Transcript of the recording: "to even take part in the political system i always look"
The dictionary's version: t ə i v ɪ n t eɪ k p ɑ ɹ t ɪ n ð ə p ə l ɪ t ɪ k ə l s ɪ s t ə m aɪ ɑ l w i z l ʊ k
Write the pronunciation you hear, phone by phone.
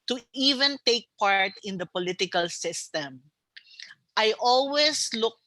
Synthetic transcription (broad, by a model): t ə i v ɪ n t eɪ k p ɑ ɹ t ɪ n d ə p ə l ɪ t ɪ k ə l s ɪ s t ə m aɪ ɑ l w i s l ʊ k